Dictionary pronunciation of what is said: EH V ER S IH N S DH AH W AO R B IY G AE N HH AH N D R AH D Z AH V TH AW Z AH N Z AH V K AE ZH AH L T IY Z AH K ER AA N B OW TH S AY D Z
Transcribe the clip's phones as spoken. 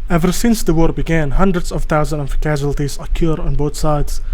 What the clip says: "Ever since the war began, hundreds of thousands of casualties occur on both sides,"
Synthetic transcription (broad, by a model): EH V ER S IH N S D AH W AO R B IY G AE N HH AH N D R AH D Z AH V T AW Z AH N AH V K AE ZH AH L T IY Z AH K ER AA N B OW T S AY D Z